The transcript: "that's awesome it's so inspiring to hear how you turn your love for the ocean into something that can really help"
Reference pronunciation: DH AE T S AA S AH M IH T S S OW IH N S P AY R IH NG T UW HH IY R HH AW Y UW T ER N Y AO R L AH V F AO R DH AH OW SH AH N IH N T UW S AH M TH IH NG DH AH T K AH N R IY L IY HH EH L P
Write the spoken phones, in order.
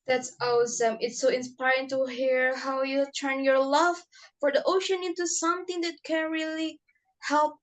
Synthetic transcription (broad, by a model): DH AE T S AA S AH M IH T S S OW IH N S P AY R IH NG T UW HH IY R HH AW Y UW T ER N Y AO R L AH V F AO R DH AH OW SH AH N IH N T UW S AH M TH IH NG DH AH T K AH N R IY L IY HH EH L P